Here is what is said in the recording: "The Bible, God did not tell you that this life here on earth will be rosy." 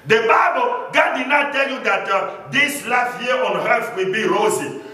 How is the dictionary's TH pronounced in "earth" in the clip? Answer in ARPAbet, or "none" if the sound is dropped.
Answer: F